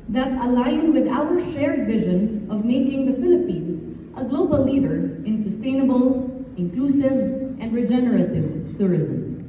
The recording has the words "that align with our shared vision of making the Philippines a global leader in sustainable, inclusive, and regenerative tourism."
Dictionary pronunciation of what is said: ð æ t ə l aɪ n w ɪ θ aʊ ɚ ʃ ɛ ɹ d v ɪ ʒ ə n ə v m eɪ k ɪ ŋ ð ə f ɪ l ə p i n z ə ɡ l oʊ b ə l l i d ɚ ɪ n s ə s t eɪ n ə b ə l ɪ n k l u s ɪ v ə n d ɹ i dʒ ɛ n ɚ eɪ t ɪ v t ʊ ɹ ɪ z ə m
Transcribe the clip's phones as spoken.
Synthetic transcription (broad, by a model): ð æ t ə l aɪ n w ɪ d aʊ ɚ ʃ ɛ ɹ d v ɪ ʒ ə n ə v m eɪ k ɪ ŋ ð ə f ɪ l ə p i n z ə ɡ l oʊ b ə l l i d ɚ ɪ n s ə s t eɪ n ə b ə l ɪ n k l u s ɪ v ə n d ɹ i dʒ ɛ n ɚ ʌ t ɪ v t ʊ ɹ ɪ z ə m